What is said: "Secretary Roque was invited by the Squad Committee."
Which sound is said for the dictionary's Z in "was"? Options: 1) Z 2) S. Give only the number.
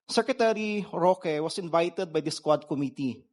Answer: 2